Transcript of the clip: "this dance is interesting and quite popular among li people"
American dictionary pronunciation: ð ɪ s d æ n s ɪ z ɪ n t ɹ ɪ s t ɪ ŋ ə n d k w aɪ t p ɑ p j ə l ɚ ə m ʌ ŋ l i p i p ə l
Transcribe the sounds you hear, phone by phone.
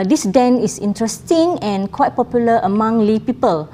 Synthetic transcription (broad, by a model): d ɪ s d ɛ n ɪ s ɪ n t ɹ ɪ s t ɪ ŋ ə n k w aɪ t p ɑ p j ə l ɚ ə m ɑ ŋ l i p i p ə l